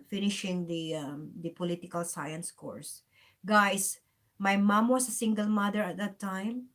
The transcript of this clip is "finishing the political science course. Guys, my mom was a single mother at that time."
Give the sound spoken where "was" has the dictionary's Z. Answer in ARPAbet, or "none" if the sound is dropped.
S